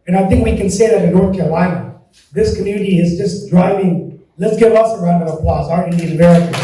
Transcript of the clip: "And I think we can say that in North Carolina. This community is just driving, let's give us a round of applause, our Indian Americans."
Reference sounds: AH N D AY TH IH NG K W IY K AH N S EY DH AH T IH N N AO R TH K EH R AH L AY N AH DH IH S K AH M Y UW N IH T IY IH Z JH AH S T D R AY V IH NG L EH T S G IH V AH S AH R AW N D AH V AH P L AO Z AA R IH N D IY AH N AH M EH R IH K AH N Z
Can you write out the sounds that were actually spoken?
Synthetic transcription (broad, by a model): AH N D AY TH IH NG K W IY K AH N S EY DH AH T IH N N AO R TH K EH R AH L AY N AH DH IH S K AH M Y UW N IH T IY IH Z JH AH S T D R AY V IH NG L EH T S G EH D AH S AH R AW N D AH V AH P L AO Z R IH D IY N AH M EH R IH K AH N